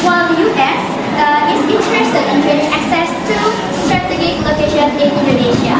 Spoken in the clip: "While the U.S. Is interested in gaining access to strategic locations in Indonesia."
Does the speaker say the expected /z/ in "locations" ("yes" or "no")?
no